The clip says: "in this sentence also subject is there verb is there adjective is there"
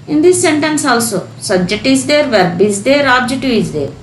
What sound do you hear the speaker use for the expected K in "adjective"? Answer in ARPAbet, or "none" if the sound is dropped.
none